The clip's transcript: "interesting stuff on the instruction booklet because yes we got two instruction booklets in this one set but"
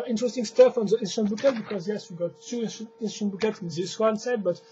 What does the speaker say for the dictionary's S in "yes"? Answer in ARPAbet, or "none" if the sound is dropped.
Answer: S